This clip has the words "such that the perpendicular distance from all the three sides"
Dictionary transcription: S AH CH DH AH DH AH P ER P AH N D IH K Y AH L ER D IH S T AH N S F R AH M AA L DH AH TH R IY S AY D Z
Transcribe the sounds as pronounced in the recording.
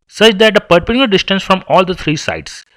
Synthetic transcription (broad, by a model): S AH CH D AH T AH P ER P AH D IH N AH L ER D IH S T AH N S F R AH M AA L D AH T R IY S AY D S